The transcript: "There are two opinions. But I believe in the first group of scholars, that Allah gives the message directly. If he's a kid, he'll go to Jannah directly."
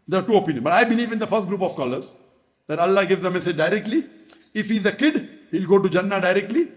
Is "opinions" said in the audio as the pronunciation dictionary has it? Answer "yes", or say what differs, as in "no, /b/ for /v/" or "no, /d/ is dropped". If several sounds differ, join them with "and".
no, /z/ is dropped